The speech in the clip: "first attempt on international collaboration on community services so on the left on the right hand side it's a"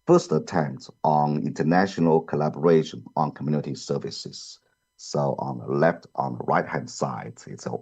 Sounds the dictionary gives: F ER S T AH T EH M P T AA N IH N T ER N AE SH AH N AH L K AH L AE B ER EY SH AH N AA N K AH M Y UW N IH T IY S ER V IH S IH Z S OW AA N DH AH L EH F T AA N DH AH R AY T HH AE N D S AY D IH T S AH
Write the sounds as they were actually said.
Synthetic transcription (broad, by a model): F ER S T AH T EH M P T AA N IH N T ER N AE SH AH N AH L K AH L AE B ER EY SH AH N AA N K AH M Y UW N IH T IY S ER V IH S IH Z S OW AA N DH AH L EH F T AA N DH AH R AY T HH AE N D S AY D IH T S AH